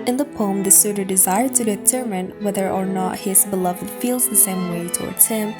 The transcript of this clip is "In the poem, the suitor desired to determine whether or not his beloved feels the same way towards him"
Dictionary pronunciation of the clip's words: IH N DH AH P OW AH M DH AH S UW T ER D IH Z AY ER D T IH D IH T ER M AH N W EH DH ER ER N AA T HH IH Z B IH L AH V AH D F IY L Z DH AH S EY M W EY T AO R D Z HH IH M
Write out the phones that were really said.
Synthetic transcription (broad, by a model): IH N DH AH P OW AH M DH AH S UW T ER D IH Z AY ER D T IH D IH T ER M AH N W EH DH ER ER N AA T HH IH Z B IH L AH V AH D F IY L Z DH AH S EY M W EY T AO R D Z HH IH M